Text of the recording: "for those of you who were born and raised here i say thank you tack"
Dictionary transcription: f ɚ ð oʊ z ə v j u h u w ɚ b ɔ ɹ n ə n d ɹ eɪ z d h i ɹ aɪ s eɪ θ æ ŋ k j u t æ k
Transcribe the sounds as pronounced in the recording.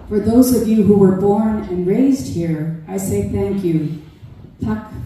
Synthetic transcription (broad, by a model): f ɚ ð oʊ z ə v j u h u w ɚ b ɔ ɹ n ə n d ɹ eɪ z d h i ɹ aɪ s eɪ θ æ ŋ k j u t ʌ k